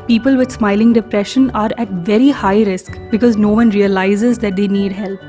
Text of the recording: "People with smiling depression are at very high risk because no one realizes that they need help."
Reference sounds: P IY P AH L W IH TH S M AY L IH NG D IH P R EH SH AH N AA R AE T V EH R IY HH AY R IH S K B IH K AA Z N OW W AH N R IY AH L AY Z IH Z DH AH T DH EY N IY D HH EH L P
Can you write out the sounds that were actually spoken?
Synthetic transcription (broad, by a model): P IY P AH L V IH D S M AY L IH NG D IH P R EH SH AH N AA R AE T V EH R IY HH AY R IH S K B IH K AA Z N OW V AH N R IY AH L AY Z IH Z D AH T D EY N IY D HH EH L P